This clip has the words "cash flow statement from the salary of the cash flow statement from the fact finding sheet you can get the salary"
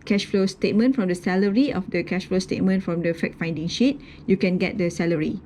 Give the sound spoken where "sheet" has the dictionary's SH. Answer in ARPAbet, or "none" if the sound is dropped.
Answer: SH